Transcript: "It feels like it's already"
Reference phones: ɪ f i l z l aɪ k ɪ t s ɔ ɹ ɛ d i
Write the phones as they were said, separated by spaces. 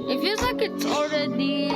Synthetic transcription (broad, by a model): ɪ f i z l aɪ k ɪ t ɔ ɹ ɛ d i